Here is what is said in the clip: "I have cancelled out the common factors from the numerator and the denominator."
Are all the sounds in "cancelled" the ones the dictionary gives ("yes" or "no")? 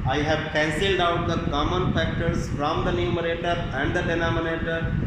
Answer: yes